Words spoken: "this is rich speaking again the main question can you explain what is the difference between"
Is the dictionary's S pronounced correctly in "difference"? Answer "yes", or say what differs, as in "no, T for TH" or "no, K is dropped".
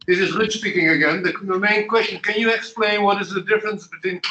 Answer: yes